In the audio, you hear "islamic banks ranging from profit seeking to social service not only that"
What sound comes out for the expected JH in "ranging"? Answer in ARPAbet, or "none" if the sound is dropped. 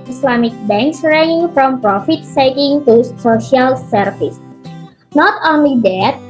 none